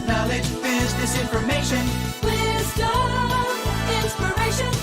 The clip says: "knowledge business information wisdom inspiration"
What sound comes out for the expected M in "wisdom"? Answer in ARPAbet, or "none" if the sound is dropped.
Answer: none